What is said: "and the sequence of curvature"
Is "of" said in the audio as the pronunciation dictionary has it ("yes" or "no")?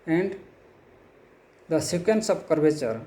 no